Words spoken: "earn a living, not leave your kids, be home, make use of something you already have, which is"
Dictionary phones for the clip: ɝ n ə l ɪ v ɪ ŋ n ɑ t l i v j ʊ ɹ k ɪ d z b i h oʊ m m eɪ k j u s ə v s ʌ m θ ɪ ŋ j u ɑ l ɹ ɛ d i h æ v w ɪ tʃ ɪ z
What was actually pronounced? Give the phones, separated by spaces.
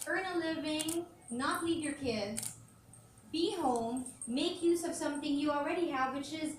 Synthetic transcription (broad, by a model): ɝ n ə l ɪ v ɪ ŋ n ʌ t l i v j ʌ ɹ k ɪ d z b i h oʊ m m eɪ k j u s ə v s ʌ m θ ɪ ŋ j ɑ l ɹ ɛ d i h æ v w ɪ tʃ ɪ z